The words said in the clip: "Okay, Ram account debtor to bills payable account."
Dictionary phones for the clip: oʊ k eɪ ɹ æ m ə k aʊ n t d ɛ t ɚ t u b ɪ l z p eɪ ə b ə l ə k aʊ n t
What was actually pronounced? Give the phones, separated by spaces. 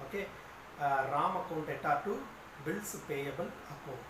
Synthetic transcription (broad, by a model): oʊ k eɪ ɹ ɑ m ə k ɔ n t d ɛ t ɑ t u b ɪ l s p eɪ ə b ə l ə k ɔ